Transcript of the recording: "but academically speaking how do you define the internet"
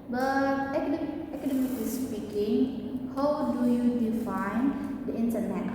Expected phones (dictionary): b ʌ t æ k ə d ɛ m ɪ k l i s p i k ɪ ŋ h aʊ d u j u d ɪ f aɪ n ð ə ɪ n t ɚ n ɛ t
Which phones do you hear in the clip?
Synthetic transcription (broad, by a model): b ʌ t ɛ k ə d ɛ m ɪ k i s p i k ɪ ŋ h aʊ d u j u d ɪ f aɪ n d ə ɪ n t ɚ n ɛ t